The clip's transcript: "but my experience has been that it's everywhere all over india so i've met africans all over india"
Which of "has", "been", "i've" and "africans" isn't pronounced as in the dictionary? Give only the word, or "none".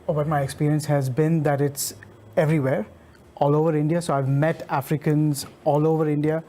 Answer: none